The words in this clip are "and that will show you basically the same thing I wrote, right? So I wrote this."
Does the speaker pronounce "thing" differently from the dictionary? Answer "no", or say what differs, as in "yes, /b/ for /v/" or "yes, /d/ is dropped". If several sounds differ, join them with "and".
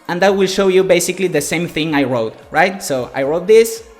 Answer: no